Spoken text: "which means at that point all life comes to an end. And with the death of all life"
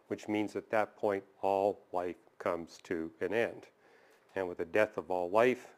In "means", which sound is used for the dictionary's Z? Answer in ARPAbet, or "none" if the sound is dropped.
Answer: Z